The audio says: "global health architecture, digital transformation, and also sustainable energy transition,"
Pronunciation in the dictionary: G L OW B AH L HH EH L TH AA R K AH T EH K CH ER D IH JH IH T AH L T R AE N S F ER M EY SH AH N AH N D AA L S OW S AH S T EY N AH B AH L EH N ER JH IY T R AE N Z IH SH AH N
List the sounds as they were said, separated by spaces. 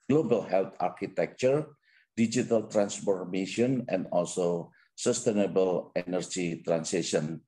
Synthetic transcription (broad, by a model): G L OW B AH L HH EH L T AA R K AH T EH K CH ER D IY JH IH T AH L T R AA N S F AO M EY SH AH N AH N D AA L S OW S AH S T EY N AH B AH L EH N ER JH IY T R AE N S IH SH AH N